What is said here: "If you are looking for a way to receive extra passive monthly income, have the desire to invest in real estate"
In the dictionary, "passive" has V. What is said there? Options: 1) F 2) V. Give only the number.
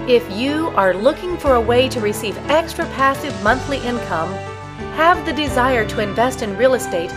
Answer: 2